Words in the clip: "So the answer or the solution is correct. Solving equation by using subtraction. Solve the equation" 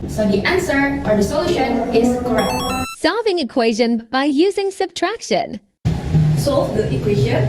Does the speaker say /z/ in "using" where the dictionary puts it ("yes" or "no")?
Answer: yes